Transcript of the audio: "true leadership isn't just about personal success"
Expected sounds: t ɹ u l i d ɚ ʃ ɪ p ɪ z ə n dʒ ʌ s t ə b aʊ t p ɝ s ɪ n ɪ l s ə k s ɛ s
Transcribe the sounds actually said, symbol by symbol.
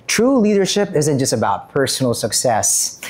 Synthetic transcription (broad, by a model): t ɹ u l i d ɚ ʃ ɪ p ɪ z ə n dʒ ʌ s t ə b aʊ t p ɝ s n l s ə k s ɛ s